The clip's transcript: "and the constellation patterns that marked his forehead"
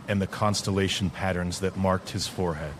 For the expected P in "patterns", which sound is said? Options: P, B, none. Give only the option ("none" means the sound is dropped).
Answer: P